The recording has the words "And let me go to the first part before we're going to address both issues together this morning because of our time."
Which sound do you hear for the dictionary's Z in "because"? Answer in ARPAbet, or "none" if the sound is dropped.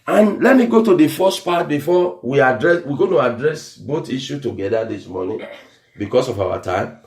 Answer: S